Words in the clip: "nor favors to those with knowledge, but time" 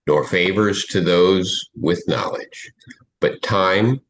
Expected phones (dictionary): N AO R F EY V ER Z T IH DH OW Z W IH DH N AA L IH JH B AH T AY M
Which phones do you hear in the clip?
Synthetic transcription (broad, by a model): N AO R F EY V ER Z T IH DH OW Z W IH DH N AA L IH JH B AH T AY M